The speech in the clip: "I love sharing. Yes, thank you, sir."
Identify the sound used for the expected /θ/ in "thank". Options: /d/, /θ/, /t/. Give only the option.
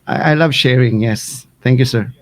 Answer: /t/